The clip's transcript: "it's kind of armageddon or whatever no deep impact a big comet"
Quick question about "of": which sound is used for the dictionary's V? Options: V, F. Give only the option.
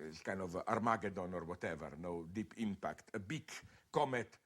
V